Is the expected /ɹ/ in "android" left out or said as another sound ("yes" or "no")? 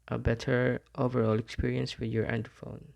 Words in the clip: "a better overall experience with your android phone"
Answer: yes